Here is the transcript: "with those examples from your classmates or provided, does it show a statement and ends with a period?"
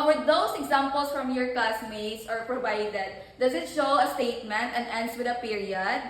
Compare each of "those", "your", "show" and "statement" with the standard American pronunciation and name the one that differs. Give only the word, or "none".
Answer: those